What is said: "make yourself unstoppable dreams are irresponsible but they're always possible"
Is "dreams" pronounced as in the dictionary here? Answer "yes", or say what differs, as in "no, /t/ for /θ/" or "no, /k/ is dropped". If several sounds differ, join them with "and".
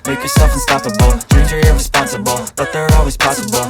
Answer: no, /m/ is dropped